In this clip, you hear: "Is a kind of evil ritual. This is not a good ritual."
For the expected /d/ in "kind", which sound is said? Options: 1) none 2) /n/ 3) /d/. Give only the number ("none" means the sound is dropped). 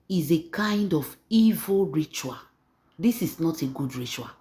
3